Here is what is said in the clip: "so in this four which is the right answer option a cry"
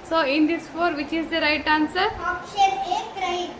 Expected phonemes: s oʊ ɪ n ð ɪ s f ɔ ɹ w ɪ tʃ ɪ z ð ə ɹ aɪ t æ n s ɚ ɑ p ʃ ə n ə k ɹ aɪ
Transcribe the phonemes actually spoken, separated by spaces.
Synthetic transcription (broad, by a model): s oʊ ɪ n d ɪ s f ɔ ɹ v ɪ tʃ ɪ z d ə ɹ aɪ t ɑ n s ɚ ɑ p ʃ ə ə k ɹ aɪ